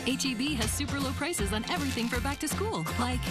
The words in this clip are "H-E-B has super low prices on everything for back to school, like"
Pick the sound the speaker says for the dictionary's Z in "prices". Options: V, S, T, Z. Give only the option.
Z